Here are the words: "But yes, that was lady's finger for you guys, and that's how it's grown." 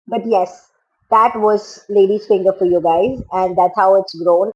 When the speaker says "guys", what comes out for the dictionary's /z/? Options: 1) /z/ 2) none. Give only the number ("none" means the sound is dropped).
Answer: 1